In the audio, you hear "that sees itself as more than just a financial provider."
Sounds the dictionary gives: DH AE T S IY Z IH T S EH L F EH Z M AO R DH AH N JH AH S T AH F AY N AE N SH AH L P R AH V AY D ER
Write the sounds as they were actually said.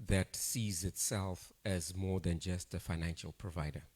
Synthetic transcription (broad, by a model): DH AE T S IY Z IH T S EH L F EH Z M AO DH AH N JH AH S T AH F AY N AE N SH AH L P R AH V AY D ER